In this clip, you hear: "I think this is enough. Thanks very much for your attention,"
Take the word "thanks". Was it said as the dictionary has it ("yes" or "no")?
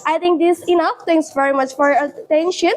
no